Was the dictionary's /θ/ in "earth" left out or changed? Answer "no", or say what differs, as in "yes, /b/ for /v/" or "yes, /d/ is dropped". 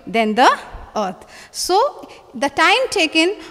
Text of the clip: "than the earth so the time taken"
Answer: yes, /t/ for /θ/